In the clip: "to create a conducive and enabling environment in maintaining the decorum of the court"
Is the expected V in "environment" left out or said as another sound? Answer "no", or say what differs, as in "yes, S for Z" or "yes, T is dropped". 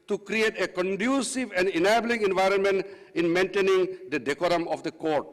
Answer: no